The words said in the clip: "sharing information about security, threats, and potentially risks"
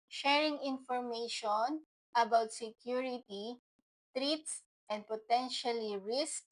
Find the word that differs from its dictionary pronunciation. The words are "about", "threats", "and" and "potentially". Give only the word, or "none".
threats